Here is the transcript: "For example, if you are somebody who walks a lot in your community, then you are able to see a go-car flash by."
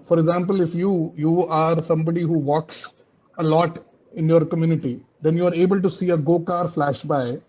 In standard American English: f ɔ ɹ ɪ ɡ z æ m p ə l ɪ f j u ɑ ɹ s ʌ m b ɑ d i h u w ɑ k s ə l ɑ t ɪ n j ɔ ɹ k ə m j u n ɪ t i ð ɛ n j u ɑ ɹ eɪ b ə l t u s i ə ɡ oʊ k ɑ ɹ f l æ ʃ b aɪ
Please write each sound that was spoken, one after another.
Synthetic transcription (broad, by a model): f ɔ ɹ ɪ ɡ z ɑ m p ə l ɪ f j u ɑ ɹ s ʌ m b ɑ d i h u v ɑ k s ə l ɑ t ɪ n j ɔ ɹ k ə m j u n ɪ t i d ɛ n j u ɑ ɹ eɪ b ə l t u s i ə ɡ oʊ k ɑ ɹ f l æ ʃ b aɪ